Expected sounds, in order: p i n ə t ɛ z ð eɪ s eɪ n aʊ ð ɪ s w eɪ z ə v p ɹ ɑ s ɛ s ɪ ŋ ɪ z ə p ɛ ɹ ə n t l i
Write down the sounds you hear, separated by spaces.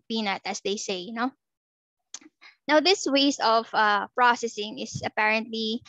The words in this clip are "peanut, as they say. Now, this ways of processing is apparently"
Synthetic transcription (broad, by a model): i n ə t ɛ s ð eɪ s eɪ n aʊ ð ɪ s w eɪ s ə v p ɹ ɑ s ɛ s ɪ ŋ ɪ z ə p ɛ ɹ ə n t l i